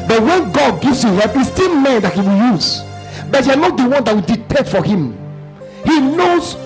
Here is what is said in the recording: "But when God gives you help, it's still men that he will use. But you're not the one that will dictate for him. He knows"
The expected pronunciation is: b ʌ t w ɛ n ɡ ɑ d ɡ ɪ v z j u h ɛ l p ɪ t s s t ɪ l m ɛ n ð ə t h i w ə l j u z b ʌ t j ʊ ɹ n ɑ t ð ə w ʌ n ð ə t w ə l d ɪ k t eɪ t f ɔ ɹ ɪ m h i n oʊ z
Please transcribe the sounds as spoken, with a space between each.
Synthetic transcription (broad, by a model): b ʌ t w ɛ n ɡ ɑ d ɡ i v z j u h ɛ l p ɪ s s t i l m ɛ n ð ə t h i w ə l j u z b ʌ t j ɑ n ɑ t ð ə w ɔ n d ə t w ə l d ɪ t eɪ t f ɔ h ɪ m h i n oʊ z